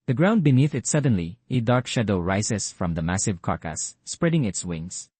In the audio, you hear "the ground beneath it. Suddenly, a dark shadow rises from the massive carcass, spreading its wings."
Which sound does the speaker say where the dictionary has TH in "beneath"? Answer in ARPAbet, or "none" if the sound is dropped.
TH